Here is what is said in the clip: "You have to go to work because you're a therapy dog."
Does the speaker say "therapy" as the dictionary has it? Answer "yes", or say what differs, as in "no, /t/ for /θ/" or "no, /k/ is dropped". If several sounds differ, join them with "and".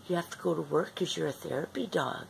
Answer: yes